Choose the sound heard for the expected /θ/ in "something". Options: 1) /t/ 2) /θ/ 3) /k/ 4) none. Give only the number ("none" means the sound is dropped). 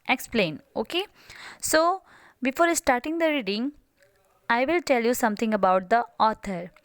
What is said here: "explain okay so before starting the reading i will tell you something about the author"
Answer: 1